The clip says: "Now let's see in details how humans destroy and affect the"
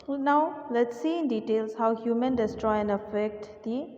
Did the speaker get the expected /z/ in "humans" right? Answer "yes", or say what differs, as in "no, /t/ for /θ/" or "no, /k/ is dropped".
no, /z/ is dropped